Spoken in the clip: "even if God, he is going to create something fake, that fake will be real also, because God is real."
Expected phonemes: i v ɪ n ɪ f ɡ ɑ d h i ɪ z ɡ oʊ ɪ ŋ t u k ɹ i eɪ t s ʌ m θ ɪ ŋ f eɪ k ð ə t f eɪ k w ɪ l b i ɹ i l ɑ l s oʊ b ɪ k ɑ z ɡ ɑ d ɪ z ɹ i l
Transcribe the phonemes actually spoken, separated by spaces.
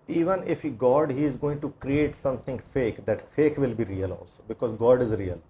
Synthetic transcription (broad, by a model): i v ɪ n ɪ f ɡ ɑ d h i ɪ z ɡ oʊ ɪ ŋ t u k ɹ i eɪ t s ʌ m t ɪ ŋ f eɪ k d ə t f eɪ k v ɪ l b i ɹ i l ɑ l s oʊ b ɪ k ɑ z ɡ ɑ d ɪ z ɹ i l